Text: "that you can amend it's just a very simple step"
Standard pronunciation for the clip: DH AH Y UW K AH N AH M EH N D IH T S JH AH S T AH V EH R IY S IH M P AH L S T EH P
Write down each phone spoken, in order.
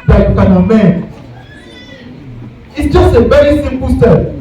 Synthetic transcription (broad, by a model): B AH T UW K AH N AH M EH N IH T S JH AH S T AH V EH R IY S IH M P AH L S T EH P